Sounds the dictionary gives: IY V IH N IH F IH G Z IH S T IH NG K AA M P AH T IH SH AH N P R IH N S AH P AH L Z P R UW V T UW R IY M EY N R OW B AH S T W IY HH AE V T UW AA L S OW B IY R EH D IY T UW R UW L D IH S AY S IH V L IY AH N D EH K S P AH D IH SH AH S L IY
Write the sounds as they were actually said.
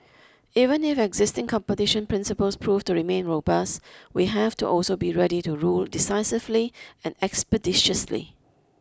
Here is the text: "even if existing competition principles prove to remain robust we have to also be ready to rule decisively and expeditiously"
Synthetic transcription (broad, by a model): IY V IH N IH F IH G Z IH S T IH NG K AA M P AH T IH SH AH N P R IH N S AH P AH L S P R UW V T UW R IY M EY N R OW B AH S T W IY HH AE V T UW AA L S OW B IY R EH D IY T UW R UW L D IH S AY S IH V L IY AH N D EH K S P AH D IH SH AH S L IY